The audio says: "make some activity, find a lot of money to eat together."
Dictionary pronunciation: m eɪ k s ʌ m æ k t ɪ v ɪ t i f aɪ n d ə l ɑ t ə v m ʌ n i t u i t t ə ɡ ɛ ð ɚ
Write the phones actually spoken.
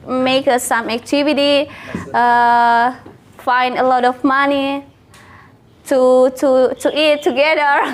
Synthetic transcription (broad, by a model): m eɪ k s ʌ m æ k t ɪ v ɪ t i f aɪ n d ə l ɑ t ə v m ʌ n i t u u t t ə ɡ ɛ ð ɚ